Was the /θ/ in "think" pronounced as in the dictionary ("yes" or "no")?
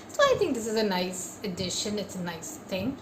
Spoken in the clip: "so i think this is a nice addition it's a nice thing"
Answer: yes